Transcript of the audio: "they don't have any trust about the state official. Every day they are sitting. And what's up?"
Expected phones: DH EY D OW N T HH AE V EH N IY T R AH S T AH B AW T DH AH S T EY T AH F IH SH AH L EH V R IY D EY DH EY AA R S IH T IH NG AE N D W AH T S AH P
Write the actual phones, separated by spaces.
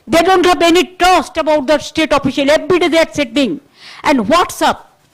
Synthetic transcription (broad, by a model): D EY D OW N T HH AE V EH N IY T AH S T AH B AW T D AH S T EY T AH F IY SH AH L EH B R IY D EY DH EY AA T S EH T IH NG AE N D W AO T S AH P